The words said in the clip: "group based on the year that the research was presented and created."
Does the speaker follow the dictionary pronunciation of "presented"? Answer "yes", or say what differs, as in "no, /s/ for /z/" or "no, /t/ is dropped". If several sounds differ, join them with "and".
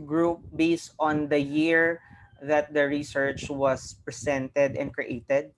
no, /s/ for /z/